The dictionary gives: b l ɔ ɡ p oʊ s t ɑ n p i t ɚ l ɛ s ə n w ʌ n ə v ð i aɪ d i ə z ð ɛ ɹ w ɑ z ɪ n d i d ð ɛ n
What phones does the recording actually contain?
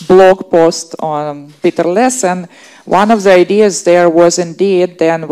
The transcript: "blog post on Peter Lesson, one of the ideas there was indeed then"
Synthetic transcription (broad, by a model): b l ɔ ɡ p oʊ s t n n p i t ɚ l ɛ s ə n w ʌ n ə v ð i aɪ d i ə z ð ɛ ɹ w ɑ z ɪ n d i d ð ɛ n